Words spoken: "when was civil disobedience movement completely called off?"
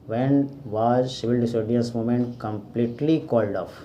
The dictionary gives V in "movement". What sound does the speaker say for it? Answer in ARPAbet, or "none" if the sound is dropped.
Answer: none